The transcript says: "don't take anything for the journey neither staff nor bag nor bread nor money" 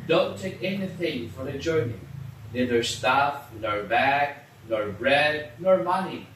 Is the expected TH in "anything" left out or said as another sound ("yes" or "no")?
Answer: no